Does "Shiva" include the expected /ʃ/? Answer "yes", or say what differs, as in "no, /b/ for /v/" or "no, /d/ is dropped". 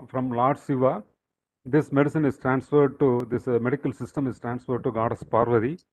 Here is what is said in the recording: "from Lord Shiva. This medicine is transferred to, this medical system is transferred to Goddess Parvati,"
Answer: no, /s/ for /ʃ/